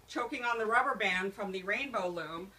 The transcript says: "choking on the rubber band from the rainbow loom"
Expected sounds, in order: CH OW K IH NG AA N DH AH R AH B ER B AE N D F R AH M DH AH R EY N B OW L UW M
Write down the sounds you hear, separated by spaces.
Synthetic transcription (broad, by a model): CH OW K IH NG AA N DH AH R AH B ER B AE N D F R AH M DH AH R EY N B OW L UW M